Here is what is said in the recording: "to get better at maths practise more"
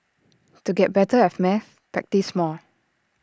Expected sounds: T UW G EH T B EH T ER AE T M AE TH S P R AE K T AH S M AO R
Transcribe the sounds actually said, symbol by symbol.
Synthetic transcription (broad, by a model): T UW G EH T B EH T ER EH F M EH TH P R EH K T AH S M AO L